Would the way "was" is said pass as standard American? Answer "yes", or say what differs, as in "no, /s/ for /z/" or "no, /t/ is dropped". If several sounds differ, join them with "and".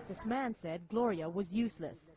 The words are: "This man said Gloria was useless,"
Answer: yes